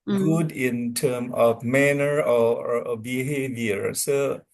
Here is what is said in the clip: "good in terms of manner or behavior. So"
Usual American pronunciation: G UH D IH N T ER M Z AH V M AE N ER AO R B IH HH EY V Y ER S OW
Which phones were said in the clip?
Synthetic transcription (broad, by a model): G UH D IH N T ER M AH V M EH N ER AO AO B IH HH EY V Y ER S OW